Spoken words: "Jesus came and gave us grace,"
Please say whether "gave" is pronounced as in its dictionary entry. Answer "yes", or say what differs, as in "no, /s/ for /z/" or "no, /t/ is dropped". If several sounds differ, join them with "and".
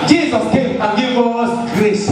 no, /v/ is dropped